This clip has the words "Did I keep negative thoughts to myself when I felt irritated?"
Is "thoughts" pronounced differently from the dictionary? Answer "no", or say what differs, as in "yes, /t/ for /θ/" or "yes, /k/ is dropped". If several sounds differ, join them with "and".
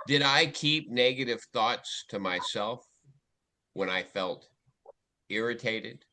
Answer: no